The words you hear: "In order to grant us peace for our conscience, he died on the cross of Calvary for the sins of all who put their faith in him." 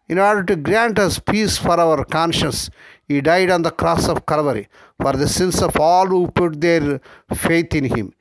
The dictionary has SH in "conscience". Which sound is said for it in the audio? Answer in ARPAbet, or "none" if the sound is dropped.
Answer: SH